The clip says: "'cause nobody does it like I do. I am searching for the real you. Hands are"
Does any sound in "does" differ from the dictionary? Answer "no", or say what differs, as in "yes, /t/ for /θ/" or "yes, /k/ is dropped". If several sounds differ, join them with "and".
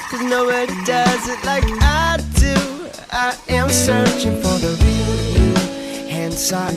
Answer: no